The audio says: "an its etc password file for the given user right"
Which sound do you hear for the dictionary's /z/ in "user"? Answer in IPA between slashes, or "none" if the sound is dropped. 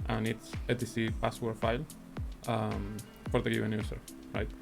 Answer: /s/